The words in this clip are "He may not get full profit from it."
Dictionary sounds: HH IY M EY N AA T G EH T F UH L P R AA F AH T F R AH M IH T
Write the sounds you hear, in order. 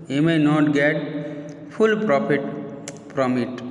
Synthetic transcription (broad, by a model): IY M EY N AA T G EH T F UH L P R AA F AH T P R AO M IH T